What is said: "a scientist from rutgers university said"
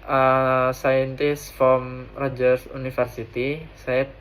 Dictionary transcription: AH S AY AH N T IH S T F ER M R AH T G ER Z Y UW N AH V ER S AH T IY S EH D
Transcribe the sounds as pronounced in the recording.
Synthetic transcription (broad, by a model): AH S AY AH N T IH S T F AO M R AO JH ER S UW N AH F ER S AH T IY S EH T